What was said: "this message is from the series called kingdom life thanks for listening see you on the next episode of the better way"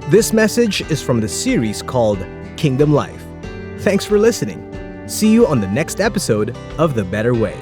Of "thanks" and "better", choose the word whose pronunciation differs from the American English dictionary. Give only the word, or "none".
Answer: none